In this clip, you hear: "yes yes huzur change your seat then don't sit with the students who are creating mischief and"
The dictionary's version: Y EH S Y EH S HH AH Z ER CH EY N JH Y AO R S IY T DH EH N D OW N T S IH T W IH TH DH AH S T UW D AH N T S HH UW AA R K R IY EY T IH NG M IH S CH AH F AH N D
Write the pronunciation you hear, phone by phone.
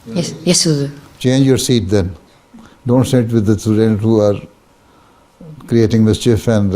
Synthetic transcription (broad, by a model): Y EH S Y EH S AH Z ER CH EY N JH Y AO R S IY T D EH N D OW N T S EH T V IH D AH S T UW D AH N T HH UW AA R K R IY EY T IH NG M IH S CH AH F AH N D